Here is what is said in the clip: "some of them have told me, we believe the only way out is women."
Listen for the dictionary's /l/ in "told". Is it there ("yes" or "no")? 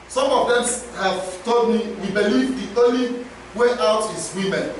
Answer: no